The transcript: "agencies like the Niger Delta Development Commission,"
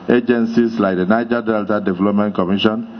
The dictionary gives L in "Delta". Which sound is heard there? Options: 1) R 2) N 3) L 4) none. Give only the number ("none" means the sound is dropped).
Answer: 3